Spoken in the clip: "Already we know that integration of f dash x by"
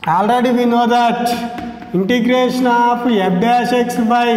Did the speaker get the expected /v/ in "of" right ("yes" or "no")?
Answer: no